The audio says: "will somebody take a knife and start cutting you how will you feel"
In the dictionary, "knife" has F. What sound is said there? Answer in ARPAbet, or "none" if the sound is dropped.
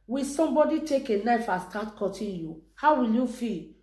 F